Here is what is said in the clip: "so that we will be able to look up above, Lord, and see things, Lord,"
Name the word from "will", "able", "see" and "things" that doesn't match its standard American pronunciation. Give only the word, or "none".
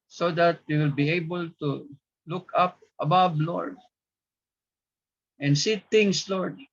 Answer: things